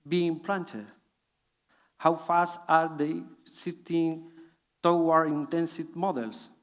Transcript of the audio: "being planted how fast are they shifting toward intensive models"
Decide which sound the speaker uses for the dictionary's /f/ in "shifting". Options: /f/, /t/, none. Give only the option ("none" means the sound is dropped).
none